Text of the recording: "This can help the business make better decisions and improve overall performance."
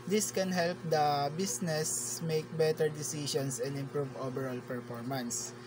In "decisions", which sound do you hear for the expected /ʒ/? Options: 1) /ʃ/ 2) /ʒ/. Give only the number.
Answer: 1